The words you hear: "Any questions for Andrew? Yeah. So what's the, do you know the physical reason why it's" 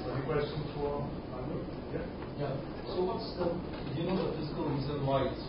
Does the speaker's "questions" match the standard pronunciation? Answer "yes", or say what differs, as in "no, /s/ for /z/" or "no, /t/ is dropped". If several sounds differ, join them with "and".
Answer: no, /z/ is dropped